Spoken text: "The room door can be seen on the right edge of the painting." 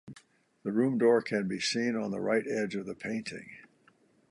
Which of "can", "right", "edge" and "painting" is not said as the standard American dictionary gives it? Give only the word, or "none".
none